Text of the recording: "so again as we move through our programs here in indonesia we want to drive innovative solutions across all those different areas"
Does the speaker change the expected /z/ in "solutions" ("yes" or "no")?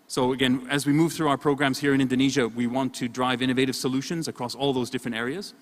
no